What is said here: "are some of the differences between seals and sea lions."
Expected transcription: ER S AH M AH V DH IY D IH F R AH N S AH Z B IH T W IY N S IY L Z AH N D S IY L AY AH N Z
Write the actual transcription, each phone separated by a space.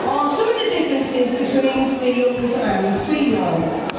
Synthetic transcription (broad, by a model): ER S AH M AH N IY D IH F R AH N S AH Z B IH T W IY N S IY Z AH N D S IY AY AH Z